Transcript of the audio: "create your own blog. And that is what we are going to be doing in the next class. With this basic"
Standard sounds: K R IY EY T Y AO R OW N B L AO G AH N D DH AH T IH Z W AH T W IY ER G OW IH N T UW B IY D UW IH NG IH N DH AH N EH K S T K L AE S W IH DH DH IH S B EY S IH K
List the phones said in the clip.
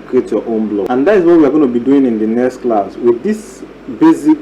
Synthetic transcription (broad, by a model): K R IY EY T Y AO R OW N B L AO AH N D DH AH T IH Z W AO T W IY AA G OW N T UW B IY D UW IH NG IH N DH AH N EH K S T K L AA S W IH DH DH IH S B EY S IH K